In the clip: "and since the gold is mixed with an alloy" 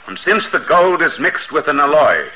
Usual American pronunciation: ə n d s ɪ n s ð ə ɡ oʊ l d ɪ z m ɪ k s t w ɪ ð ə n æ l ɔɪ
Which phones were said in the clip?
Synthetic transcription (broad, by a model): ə n s ɪ n s ð ə ɡ oʊ l d ɪ z m ɪ k s t w ɪ ð ə n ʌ l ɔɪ